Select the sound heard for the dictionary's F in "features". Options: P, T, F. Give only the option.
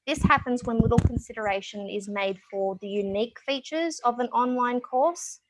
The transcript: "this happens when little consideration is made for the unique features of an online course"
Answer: F